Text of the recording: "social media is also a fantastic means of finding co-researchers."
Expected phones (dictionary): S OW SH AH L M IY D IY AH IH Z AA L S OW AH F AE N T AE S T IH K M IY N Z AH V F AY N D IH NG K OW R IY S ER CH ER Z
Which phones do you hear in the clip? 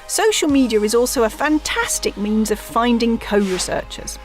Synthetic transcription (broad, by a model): S OW SH AH L M IY D IY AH IH Z AA L S OW AH F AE N T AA S T IH K M IY N Z AH V F AY N D IH NG K OW R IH S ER CH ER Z